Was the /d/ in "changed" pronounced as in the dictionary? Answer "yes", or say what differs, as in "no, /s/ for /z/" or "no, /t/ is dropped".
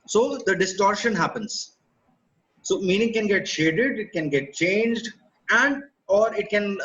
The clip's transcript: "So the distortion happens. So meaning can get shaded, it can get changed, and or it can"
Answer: yes